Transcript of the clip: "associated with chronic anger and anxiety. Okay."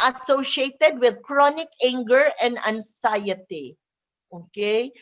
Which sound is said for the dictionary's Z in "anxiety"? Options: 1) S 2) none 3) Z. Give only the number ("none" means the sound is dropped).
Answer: 1